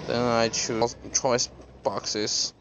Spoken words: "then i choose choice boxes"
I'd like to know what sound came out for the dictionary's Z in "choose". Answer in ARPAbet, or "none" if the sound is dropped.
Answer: none